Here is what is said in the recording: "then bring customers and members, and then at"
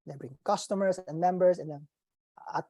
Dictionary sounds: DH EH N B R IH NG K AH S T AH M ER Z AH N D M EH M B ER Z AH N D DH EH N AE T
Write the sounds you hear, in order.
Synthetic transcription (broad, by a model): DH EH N B R IH NG K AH S T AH M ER S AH N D M EH M B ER S AH N D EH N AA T